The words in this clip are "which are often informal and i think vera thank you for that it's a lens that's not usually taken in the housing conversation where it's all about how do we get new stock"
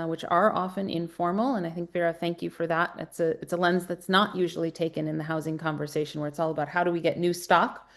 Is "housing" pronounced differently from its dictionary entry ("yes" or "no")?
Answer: no